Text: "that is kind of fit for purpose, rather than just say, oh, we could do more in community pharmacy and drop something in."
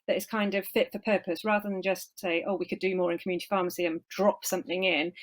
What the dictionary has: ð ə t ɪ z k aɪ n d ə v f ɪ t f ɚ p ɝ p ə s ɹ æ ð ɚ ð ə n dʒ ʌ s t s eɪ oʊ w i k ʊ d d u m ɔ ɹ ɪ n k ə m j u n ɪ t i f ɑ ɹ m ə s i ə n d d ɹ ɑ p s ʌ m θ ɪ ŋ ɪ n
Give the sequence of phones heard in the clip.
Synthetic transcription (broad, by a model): ð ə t ɪ z k aɪ n d ə v f ɪ t f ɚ p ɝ p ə s ɹ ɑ ð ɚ ð ə n dʒ ʌ s t s eɪ oʊ w i k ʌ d d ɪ m ɔ ɹ ɪ n k ə m j u n ɪ t i f ɑ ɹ m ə s i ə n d d ɹ ɑ p s ʌ m θ ɪ ŋ ɪ n